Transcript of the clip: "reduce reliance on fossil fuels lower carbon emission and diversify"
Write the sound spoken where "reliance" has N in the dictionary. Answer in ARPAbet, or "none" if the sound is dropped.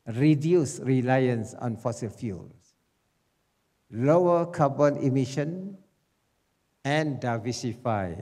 N